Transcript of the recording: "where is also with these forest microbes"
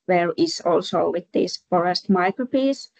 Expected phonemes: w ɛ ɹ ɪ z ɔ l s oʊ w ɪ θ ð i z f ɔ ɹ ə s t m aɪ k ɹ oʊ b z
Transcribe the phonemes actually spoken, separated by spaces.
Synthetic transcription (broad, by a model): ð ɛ ɹ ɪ s ɔ l s oʊ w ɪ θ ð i s f ɔ ɹ ə s t m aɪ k ɹ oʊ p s